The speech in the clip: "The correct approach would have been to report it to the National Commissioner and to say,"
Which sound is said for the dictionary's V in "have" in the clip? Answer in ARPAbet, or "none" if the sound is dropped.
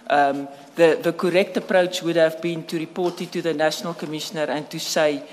V